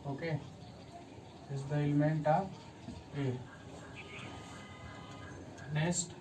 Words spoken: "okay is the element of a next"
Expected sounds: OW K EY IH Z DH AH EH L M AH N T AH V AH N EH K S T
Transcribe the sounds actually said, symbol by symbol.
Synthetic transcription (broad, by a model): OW K EY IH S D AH EH L M AH N T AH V AH N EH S T